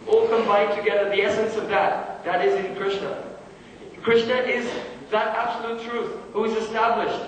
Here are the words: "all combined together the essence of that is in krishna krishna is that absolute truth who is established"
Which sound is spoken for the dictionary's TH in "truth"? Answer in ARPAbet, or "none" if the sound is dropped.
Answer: TH